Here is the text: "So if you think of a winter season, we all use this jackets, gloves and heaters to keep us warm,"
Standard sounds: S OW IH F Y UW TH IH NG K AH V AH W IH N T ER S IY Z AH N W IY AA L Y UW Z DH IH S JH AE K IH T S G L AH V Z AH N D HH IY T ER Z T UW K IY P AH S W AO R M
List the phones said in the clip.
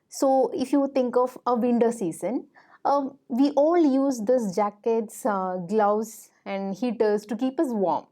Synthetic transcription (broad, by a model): S OW IH F Y UW T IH NG K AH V AH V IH N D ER S IY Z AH N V IY AA L Y UW Z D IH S JH AE K IH T S G L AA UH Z AH N D HH IY T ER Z T UW K IY P AH S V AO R M